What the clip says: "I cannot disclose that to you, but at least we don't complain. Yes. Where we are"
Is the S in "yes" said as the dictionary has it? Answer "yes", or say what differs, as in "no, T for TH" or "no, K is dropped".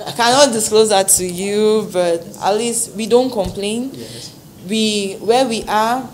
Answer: no, S is dropped